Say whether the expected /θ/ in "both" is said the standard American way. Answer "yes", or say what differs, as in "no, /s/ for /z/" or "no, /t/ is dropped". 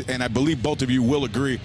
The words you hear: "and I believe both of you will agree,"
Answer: yes